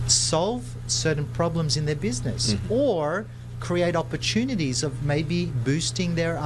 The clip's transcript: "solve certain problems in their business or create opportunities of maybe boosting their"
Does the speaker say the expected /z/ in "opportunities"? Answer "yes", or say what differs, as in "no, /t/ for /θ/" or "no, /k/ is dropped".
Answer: yes